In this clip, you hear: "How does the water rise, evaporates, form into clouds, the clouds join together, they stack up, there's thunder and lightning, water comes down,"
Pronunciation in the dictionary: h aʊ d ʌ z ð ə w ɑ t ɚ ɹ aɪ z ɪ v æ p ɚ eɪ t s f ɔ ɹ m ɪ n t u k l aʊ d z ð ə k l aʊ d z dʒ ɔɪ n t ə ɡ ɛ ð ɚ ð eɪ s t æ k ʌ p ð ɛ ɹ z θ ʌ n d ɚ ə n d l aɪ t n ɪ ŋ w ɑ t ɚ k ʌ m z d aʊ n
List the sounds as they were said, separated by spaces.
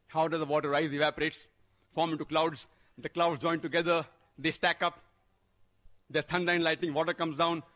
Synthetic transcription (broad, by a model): h aʊ d ʌ z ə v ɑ t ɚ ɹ aɪ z ɪ v æ p ɚ eɪ t s f ɔ ɹ m ɪ n t u k l aʊ d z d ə k l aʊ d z dʒ ɔɪ n t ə ɡ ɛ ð ɚ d eɪ s t æ k ʌ p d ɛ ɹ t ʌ n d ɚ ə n l aɪ t ɪ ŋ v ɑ t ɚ k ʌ m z d aʊ n